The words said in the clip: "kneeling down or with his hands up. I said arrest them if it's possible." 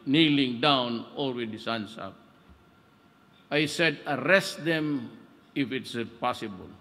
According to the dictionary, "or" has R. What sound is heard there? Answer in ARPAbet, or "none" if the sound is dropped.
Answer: L